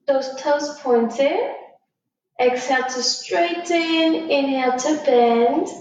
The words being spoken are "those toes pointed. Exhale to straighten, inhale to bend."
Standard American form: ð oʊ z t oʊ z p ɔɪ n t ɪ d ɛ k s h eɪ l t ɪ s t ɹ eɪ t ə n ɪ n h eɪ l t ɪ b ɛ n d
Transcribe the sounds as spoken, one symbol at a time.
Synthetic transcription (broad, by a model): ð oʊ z t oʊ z p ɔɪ n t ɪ ɛ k s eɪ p t ɪ s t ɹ eɪ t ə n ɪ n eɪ t ɪ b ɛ n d